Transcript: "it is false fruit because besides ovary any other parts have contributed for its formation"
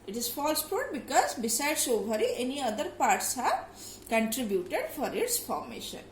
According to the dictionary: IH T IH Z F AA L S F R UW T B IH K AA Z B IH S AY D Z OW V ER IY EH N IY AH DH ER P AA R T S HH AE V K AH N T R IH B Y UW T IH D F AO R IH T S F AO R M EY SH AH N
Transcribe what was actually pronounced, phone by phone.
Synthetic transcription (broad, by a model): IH T IH Z F AA L S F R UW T B IH K AA Z B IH S AY D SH OW B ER IY EH N IY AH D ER P AA R T S HH AE V K AH N T R IH B Y UW T IH D F AO R IH T S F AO R M EY SH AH N